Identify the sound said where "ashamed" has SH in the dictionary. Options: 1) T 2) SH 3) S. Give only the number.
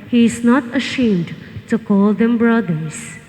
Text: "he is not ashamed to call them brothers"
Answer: 2